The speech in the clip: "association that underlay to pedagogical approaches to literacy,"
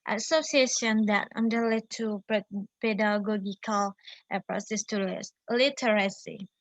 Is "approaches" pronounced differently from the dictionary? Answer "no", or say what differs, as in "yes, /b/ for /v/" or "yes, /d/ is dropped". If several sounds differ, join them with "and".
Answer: yes, /s/ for /tʃ/ and /s/ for /z/